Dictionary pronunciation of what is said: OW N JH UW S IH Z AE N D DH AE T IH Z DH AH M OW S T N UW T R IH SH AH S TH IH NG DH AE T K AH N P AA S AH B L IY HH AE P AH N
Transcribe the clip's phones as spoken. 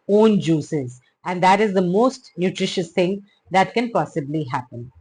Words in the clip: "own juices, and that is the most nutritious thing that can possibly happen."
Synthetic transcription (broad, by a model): OW N JH UW S IH Z AE N D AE T IH Z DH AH M OW S T N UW T R IH SH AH S T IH NG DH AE T K AH N P AA S AH B L IY HH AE P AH N